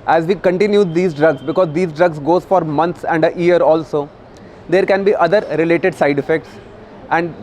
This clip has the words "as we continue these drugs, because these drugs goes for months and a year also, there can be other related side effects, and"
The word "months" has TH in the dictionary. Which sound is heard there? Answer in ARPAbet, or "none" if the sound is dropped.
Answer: T